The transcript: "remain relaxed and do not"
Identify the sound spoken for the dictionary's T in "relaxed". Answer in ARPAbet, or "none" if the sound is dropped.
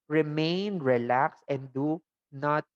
none